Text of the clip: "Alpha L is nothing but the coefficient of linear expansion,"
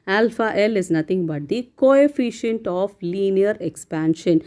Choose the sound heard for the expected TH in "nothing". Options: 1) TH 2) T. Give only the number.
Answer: 2